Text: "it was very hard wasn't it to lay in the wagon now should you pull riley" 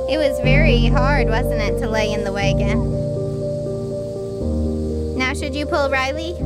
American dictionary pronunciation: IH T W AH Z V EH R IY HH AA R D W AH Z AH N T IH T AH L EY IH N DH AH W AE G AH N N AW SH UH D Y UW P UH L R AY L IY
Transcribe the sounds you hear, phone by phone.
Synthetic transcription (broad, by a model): IH T W AH Z V EH R IY HH AA R D W AH Z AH N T IH T AH L EY IH N DH AH W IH G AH N N AW SH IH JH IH P UH L R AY L IY